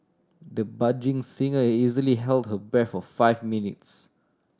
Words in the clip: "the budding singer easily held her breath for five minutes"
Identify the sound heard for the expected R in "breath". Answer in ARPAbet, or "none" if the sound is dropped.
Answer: none